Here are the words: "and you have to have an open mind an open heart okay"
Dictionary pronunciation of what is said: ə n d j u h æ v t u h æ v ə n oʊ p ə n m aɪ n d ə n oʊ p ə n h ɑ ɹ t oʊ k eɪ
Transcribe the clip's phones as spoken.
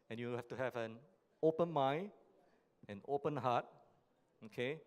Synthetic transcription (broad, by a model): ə n j u h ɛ f t u h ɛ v ə n oʊ p ə n m aɪ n ə n oʊ p ə n h ɑ t oʊ k eɪ